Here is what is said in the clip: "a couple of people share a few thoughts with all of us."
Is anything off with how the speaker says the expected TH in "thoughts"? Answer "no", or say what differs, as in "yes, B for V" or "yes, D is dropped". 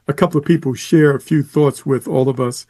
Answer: no